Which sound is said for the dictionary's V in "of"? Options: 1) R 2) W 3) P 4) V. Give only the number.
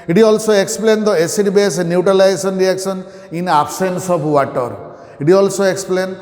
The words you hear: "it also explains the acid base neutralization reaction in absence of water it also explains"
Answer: 3